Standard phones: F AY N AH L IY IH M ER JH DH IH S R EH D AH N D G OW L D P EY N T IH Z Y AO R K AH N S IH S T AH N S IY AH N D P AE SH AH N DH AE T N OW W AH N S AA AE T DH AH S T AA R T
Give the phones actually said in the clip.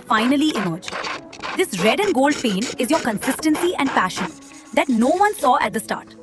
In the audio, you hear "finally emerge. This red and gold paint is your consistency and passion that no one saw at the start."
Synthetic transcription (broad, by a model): F AY N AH L IY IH M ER JH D IH S R EH D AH N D G OW L D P EY N IH Z Y AO R K AH N S IH S T AH N S IY AH N D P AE SH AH N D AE T N OW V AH N S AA AE T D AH S T AA R T